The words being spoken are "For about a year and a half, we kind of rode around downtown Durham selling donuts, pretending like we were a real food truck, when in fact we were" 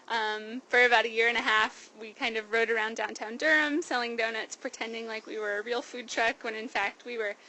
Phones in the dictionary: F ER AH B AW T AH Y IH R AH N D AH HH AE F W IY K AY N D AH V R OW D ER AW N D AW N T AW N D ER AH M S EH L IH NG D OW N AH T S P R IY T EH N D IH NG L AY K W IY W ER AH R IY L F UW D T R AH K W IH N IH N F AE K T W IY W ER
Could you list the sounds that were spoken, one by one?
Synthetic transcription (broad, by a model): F ER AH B AW T AH Y IH R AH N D AH HH AE F W IY K AY N D AH V R OW D ER AW N D AW N T AW N D ER AH M S EH L IH NG D OW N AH T S P R IY T EH N D IH NG L AY K W IY W ER AH R IY L F UW D T R AH K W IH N IH N F AE K T W IY W ER